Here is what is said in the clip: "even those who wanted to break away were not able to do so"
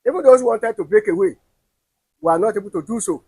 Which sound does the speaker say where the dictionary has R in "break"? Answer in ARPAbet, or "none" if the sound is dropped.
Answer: none